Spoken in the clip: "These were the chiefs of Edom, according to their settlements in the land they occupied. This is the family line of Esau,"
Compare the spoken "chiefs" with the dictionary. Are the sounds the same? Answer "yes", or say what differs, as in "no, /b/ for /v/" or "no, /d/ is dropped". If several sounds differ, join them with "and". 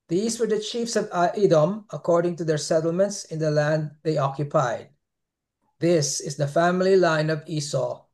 yes